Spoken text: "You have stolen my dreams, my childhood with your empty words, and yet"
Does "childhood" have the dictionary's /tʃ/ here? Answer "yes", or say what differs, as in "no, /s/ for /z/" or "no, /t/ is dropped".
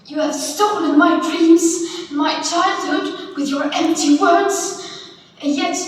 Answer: yes